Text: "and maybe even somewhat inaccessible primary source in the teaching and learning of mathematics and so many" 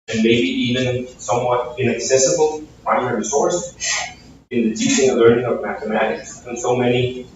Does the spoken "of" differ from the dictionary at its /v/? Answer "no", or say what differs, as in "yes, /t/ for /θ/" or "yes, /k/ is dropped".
no